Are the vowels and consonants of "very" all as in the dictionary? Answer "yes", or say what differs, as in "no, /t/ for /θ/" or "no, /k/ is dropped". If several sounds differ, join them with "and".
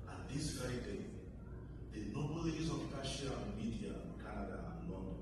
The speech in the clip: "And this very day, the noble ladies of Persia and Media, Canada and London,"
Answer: no, /ɹ/ is dropped